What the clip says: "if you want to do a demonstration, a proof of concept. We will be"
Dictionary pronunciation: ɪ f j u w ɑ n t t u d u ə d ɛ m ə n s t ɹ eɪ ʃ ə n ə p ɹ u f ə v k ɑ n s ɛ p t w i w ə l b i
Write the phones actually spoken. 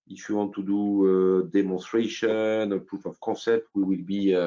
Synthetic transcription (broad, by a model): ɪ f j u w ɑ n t t u d u ə d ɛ m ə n s t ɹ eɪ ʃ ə n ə p ɹ u f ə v k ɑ s ɛ p t w i w ə l b i